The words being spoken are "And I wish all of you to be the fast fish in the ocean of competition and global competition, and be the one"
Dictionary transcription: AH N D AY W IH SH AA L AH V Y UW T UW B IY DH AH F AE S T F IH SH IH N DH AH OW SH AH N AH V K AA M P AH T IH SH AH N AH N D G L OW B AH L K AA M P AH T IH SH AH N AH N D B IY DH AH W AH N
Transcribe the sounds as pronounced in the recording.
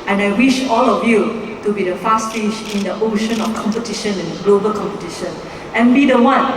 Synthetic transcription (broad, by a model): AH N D AY W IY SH AA L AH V Y UW T UW B IY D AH F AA S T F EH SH IH N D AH OW SH AH N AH F K AA M P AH T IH SH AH N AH N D G L OW B AH L K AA M P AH T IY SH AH N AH N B IY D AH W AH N